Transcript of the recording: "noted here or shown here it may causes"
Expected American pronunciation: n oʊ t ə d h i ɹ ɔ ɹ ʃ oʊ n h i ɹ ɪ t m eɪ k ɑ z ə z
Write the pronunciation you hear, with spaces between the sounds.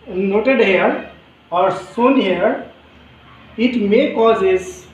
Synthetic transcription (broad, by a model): n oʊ t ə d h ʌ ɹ ɔ ɹ s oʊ n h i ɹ ɪ t m eɪ k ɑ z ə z